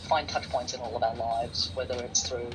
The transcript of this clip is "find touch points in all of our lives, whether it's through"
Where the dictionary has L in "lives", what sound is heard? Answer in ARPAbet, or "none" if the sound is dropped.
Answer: L